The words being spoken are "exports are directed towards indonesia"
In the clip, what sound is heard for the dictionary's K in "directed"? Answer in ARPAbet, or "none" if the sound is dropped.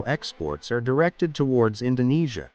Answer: K